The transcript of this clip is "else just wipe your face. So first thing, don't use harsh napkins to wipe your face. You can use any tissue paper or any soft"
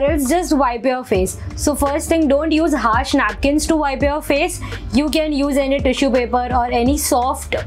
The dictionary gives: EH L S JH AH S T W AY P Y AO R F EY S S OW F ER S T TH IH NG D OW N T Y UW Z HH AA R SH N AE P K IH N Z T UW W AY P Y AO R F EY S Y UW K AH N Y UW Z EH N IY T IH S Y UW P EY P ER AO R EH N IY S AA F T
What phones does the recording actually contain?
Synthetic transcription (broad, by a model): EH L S JH AH S T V AY P Y AO R F EY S S OW F ER S T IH NG D OW N T Y UW Z HH AA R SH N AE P K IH N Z T UW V AY P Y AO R F EY S Y UW K AH N Y UW Z EH N IY T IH SH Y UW P EY P ER AO R EH N IY S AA F T